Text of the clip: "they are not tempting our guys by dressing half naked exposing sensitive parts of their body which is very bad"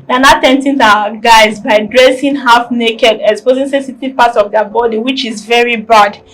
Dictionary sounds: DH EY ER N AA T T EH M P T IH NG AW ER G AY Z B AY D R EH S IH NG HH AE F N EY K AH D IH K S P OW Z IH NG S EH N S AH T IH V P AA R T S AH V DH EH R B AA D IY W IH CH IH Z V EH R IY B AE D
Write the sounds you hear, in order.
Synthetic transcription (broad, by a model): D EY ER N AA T T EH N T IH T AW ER G AY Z B AY D R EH S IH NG HH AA F N EY K AH D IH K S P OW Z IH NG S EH S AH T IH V P AA T S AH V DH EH B AA D IY W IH CH IH Z V EH R IY B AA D